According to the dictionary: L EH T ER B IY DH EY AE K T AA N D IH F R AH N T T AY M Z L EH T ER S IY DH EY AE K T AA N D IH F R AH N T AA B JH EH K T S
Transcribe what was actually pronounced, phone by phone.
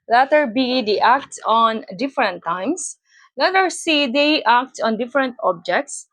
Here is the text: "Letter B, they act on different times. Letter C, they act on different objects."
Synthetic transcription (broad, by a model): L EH T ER B IY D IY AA K T AA N D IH F R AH N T T AY M S L EH T ER S IY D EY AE K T AA N D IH F R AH N T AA B JH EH K T S